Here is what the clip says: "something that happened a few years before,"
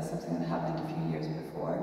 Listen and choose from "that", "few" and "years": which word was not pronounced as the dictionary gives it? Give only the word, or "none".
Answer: none